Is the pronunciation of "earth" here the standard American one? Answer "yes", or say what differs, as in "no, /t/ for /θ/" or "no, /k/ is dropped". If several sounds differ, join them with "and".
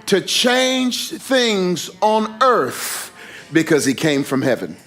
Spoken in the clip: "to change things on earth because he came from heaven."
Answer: yes